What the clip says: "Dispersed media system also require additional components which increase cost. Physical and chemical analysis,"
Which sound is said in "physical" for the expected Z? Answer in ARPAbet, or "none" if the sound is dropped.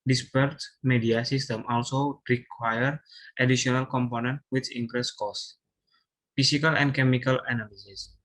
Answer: S